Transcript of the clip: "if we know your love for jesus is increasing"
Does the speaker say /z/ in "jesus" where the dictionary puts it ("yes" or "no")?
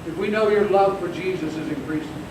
yes